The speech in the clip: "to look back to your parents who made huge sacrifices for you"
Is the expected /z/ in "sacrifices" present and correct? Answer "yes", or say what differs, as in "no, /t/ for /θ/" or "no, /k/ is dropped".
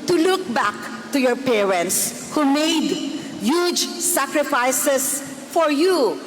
no, /s/ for /z/